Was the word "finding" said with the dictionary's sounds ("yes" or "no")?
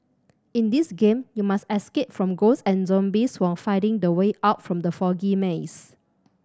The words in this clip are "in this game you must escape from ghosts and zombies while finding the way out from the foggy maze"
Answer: no